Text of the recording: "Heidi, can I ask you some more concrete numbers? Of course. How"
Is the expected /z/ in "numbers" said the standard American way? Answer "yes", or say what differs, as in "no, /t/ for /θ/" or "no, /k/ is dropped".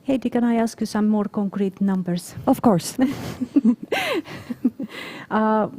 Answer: no, /s/ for /z/